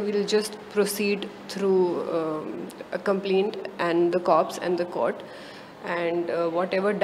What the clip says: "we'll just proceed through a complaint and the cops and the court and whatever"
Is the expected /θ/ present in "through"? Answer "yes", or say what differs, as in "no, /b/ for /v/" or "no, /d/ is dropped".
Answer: no, /t/ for /θ/